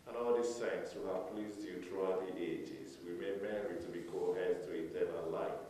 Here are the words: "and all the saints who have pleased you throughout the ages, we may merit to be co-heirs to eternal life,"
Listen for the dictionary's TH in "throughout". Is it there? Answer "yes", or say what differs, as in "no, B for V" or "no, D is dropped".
no, T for TH